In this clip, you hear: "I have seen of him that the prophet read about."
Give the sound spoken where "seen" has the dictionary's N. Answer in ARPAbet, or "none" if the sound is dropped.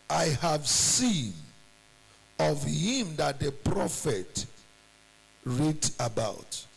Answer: N